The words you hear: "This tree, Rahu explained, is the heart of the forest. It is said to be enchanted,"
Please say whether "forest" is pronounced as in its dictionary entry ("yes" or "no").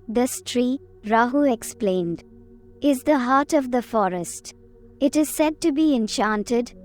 yes